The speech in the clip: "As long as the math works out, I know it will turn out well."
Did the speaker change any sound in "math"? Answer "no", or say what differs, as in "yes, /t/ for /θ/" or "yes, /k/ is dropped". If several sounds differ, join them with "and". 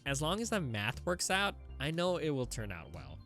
no